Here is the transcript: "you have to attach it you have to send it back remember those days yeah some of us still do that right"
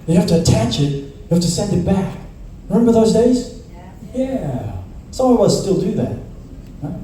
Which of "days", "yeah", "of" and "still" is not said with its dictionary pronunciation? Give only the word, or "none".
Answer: of